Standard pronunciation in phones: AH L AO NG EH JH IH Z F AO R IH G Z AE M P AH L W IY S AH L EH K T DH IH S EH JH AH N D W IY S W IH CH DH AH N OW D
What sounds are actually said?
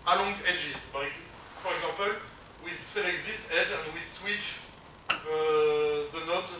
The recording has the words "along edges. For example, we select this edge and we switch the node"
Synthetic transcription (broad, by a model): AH L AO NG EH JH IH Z F AO R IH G Z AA P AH L W IY S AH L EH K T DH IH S EH JH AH N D W IY S W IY CH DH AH N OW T